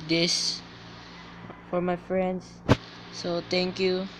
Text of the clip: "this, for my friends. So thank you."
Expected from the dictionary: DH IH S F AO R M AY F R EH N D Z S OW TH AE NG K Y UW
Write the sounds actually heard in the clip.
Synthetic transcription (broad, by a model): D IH S F AO R M AY F R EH N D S S OW T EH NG K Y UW